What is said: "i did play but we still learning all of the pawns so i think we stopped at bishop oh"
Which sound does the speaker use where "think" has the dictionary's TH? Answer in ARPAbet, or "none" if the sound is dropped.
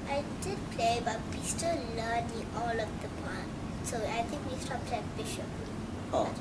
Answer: T